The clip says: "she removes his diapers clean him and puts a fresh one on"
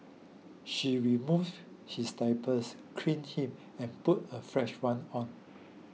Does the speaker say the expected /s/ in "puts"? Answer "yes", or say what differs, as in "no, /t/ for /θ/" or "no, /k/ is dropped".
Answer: no, /s/ is dropped